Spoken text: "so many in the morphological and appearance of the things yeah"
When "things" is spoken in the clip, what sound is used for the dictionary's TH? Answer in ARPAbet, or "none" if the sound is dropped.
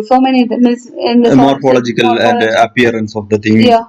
T